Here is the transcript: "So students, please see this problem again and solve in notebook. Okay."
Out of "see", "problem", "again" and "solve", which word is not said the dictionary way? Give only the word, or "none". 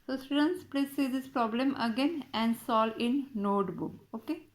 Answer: solve